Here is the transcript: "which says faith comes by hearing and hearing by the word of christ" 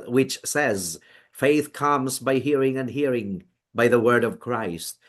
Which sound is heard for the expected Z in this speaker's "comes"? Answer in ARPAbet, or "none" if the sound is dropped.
Z